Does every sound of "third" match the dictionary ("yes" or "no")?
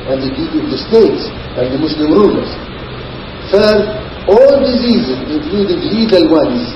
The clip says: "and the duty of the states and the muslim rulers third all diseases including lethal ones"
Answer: no